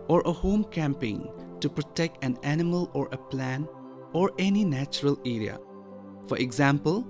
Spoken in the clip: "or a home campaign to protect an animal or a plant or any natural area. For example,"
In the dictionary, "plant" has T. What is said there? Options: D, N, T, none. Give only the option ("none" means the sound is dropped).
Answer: none